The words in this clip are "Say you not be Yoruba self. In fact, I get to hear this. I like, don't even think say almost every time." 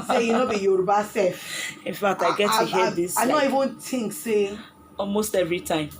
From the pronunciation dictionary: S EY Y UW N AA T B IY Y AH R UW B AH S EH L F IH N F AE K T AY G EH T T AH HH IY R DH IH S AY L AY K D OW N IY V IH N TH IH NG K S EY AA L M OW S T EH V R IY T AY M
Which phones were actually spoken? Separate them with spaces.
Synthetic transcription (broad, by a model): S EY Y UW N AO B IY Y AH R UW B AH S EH F IH N F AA K T AY G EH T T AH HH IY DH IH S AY N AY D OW IY V IH N T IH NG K S EY AA L M OW S T EH V R IY T AY M